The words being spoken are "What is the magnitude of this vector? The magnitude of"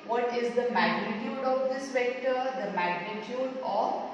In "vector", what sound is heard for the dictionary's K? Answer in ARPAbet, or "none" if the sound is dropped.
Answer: K